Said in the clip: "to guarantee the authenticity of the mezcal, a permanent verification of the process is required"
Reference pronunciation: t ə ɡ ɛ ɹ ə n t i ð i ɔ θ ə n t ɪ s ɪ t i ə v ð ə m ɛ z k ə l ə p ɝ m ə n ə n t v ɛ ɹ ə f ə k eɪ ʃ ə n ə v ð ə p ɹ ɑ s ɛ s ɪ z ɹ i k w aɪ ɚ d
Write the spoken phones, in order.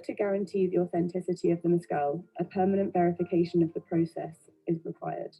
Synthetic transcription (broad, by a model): t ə ɡ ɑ ɹ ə n t i ð i ɔ θ ə n t ɪ s ɪ t i ə v ð ə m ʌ s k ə l ə p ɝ m ə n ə n t v ɛ ɹ ə f ə k eɪ ʃ ə n ə v ð ə p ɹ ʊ s ɛ s ɪ z ɹ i k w aɪ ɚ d